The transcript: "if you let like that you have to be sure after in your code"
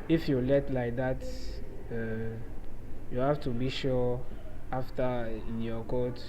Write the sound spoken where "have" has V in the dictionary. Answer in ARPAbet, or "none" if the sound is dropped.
F